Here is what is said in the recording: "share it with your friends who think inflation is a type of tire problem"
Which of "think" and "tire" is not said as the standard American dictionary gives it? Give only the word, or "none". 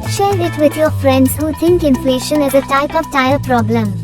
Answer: think